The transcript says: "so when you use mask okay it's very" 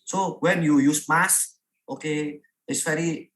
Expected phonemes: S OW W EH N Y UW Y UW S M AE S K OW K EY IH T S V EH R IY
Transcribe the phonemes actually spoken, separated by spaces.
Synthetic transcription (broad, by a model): S OW W EH N Y UW Y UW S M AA S OW K EY IH T S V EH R IY